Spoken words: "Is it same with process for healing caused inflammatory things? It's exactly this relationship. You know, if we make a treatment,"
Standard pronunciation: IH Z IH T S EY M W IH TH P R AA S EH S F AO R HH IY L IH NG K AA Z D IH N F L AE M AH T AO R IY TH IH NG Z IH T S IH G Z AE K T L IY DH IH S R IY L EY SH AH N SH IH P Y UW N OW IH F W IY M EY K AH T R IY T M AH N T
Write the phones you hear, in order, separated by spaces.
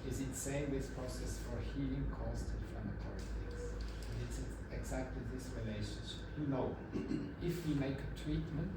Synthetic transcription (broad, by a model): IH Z IH T S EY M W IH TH P R AA S EH S F AO R HH IY L IH NG K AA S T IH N F L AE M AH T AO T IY S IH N IH T S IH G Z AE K T L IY DH IH S R IY L EY SH AH N SH IH P Y UW N OW IH F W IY M EY K AH T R IY T M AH N T